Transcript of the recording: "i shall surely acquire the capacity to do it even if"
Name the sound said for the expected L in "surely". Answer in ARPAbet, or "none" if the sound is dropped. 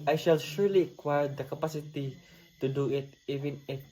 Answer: L